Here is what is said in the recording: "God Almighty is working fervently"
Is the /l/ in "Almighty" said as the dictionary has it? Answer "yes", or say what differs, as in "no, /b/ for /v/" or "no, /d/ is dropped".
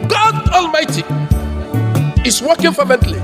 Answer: yes